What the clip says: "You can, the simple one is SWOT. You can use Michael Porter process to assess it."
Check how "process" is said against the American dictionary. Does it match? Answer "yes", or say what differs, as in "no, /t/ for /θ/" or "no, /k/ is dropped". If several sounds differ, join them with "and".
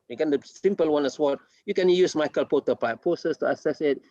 no, /l/ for /ɹ/